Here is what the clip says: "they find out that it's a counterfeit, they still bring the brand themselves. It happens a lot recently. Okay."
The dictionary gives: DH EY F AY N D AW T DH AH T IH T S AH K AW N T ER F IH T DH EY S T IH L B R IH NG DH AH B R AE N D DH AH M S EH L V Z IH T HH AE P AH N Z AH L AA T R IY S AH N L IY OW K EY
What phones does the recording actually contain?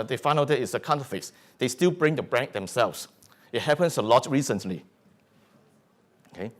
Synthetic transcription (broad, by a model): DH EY F AY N AW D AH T IH T S AH K AW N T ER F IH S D EY S T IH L B R IH NG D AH B R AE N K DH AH M S EH L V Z IH T HH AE P AH N S AH L AA T R IY S AH N L IY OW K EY